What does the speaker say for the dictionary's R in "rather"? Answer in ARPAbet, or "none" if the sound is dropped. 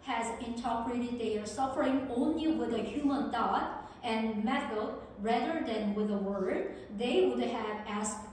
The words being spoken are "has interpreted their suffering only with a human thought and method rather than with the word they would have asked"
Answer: R